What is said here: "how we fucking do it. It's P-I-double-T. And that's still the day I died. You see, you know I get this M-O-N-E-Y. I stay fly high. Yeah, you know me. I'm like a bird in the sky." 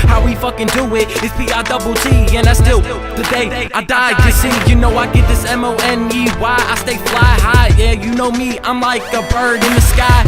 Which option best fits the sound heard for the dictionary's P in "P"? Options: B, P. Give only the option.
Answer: B